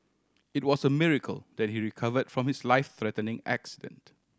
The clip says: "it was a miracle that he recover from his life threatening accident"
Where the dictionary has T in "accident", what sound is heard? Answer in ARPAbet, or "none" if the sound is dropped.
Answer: T